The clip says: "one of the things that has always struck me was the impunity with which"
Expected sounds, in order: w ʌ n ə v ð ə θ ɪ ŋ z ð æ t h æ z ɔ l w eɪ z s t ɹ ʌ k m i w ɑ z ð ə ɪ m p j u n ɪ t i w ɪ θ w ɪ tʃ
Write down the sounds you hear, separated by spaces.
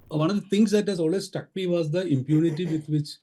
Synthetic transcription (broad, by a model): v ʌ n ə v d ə t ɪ ŋ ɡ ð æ t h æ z ɔ l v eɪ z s t ʌ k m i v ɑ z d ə ɪ m p j u n ɪ t i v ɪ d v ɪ tʃ